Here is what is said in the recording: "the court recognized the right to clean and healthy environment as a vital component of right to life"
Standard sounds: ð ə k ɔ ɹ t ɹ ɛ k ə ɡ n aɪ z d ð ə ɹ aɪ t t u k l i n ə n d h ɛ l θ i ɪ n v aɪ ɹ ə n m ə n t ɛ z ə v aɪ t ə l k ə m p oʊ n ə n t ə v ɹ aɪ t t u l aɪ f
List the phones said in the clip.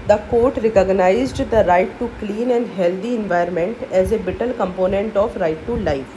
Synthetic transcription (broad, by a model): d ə k ɔ ɹ t ɹ ɛ k ə ɡ n aɪ z d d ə ɹ aɪ t t u k l i n ə n d h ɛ l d i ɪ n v aɪ ə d m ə n t ɛ z ə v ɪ t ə l k ə m p oʊ n ə n t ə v ɹ aɪ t t u l aɪ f